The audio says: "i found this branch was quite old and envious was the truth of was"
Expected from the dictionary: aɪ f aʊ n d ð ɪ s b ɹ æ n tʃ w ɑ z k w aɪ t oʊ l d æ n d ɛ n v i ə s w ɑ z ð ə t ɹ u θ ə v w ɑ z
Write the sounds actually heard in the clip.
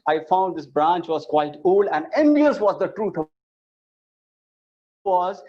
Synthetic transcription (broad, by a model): aɪ f aʊ n d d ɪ s b ɹ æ n tʃ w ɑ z k w aɪ t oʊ l æ n d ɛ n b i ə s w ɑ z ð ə t ɹ u t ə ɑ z